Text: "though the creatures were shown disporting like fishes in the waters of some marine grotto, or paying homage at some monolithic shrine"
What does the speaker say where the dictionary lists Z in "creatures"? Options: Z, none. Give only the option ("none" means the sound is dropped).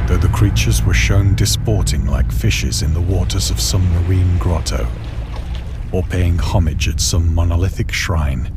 Z